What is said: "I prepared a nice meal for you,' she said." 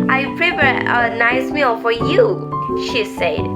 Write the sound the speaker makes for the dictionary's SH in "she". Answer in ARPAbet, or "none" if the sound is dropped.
SH